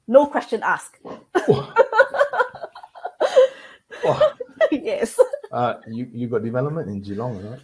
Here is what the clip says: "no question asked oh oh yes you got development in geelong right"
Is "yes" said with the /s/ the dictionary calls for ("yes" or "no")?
no